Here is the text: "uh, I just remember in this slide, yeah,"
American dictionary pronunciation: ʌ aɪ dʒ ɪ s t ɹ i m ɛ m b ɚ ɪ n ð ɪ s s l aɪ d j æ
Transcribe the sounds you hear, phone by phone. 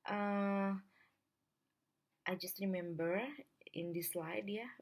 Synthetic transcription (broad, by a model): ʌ aɪ dʒ ɪ s t ɹ i m ɛ m b ɚ ɪ n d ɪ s s l aɪ d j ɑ